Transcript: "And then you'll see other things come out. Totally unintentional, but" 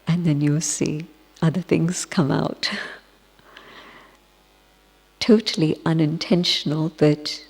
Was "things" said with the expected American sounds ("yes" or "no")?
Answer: yes